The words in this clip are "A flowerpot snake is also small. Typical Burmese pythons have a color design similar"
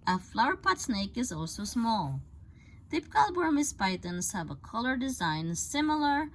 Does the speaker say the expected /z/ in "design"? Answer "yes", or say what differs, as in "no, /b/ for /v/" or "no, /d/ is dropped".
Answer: yes